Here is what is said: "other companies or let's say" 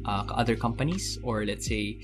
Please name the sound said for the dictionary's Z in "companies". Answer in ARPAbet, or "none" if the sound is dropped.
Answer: S